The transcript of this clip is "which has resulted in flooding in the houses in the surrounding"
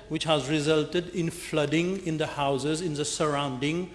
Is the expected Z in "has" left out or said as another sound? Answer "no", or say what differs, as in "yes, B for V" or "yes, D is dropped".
no